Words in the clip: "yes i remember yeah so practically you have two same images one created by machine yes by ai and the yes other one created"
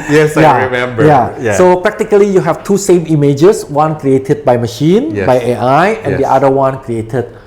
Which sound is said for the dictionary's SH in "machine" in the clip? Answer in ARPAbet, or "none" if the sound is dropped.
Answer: SH